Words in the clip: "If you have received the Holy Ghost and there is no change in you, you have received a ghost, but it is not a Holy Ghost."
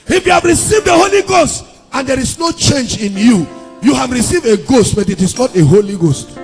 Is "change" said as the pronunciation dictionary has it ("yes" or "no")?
yes